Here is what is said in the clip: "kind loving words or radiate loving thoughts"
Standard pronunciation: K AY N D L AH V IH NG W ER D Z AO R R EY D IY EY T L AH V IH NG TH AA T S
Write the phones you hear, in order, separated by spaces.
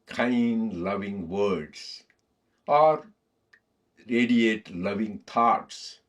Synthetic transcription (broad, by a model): K AY N D L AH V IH NG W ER D S AO R R EY D IY EY T L AH V IH NG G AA T S